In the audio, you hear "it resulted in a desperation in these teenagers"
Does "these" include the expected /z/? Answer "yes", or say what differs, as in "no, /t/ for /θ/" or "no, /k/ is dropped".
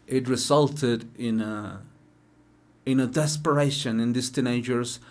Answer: no, /s/ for /z/